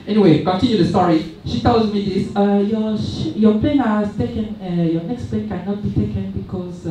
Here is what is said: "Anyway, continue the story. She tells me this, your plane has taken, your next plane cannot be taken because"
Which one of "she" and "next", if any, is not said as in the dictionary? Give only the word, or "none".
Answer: none